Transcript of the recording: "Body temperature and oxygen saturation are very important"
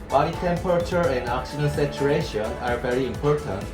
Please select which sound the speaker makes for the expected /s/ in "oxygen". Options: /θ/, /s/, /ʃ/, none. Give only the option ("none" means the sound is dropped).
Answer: /ʃ/